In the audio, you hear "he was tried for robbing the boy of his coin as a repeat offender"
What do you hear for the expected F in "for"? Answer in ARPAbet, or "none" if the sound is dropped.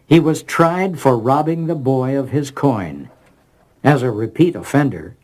F